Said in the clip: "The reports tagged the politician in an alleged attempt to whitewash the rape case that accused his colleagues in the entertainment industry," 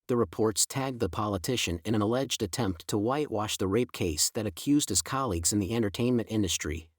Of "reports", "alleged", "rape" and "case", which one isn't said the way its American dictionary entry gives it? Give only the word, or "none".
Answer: none